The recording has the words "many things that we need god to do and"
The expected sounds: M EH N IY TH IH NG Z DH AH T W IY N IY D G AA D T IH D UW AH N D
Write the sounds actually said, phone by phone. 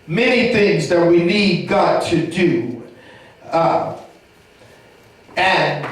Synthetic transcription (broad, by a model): M EH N IY TH IH NG Z DH AH T W IY N IY D G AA T IH D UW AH N